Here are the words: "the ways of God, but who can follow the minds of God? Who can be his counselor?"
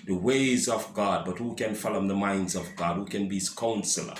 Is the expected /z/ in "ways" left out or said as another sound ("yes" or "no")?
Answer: no